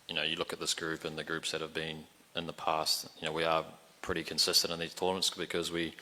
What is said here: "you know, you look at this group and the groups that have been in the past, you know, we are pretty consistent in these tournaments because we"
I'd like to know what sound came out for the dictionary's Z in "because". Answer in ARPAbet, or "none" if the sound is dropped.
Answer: Z